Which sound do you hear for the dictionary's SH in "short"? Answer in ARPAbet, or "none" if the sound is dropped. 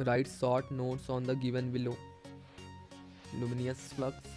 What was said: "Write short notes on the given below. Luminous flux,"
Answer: S